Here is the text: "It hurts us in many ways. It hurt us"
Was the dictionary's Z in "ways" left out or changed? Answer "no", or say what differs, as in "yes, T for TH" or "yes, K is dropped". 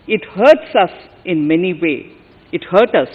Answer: yes, Z is dropped